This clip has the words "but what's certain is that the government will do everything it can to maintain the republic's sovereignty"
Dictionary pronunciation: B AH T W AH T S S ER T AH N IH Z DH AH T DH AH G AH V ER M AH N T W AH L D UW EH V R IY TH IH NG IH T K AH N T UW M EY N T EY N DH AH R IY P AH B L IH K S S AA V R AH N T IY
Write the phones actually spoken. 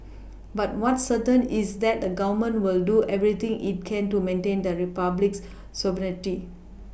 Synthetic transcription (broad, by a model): B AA T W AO T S S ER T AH N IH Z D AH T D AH G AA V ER M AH N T W AH L D UW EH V R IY T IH NG IH T K AH N T UW M EY N T EY N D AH R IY P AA B L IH K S S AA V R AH T IY